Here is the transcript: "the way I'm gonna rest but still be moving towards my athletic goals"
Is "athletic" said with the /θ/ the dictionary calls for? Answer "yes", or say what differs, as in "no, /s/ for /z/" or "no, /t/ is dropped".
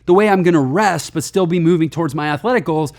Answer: yes